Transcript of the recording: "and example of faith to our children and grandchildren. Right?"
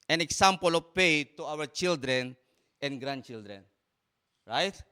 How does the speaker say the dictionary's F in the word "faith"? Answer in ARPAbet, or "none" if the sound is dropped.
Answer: P